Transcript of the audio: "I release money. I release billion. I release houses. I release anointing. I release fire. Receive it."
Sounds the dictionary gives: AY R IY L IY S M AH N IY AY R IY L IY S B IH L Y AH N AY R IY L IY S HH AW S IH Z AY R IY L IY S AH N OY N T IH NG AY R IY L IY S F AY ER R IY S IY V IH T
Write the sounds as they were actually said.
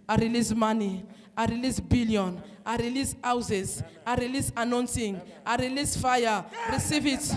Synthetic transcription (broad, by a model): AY R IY L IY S M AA N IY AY R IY L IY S B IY L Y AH N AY R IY L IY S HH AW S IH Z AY R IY L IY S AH N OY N S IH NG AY R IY L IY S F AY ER R IY S IY V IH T